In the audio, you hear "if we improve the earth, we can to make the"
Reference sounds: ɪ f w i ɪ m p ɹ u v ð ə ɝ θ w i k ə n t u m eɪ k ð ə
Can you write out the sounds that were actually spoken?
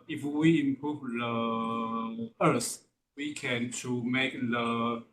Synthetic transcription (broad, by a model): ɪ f w i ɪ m p ɹ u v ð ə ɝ s w i k ə n t u m eɪ k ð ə